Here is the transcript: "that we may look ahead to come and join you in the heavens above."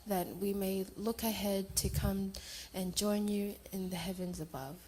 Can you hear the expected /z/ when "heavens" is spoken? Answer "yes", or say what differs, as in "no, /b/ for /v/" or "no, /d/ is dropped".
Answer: yes